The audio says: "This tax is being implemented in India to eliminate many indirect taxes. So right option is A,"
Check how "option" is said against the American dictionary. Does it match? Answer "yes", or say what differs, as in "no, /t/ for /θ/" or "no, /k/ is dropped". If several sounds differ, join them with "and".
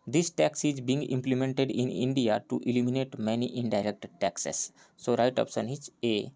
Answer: no, /s/ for /ʃ/